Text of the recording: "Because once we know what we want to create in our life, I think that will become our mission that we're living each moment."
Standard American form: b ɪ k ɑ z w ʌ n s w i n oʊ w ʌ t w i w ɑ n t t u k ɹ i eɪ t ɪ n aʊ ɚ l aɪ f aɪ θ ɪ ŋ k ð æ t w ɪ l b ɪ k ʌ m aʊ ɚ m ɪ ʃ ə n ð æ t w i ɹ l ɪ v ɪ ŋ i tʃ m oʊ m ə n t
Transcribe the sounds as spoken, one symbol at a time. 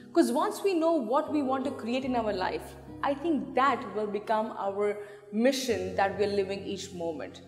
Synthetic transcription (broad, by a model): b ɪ k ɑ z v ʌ n s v i n oʊ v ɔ t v i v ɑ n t t u k ɹ i eɪ t ɪ n aʊ ɚ l aɪ f aɪ t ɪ ŋ k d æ t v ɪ l b ɪ k ʌ m aʊ ɚ m ɪ ʃ ə n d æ t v i ɹ l ɪ v ɪ ŋ i tʃ m oʊ m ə n t